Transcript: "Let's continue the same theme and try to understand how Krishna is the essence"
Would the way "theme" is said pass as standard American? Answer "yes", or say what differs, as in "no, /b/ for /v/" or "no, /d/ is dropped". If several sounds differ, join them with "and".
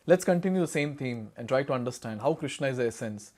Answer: no, /t/ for /θ/